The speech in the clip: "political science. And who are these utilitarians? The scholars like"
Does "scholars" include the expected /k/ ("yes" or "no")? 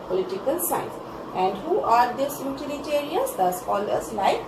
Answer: no